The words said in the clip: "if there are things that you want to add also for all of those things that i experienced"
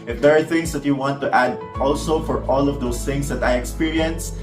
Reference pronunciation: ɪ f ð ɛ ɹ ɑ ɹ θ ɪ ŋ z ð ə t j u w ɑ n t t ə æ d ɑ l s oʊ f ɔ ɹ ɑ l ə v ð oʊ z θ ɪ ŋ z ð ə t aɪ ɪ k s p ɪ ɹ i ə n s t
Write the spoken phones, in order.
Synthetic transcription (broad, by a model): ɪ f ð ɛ ɹ ɑ ɹ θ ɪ ŋ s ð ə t j u w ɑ n t t æ d ɑ l s oʊ f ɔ ɹ ɑ l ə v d oʊ s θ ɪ ŋ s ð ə t aɪ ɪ k s p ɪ ɹ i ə n s